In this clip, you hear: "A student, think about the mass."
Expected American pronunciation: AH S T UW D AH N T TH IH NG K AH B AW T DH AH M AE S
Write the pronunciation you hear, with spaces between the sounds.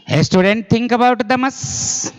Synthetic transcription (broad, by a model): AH S T UW D AH N T T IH NG K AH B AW T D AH M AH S